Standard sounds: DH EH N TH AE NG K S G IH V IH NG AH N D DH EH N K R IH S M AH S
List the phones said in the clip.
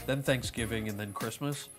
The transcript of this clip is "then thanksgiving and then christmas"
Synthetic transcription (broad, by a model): DH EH N TH AE NG K S G IH V IH NG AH N DH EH N K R IH S M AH S